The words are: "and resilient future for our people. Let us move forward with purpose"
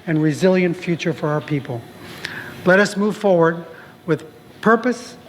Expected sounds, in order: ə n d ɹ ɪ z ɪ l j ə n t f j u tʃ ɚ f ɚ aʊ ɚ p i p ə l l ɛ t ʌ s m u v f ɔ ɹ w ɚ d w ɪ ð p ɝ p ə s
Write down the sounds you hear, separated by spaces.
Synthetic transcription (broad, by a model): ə n ɹ ɪ z ɪ l j ə n t f j u tʃ ɚ f ɚ aʊ ɚ p i p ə l l ɛ t ʌ s m u v f ɔ ɹ w ɚ d w ɪ ð p ɝ p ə s